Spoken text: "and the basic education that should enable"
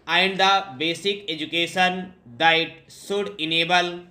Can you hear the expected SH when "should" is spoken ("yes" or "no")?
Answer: no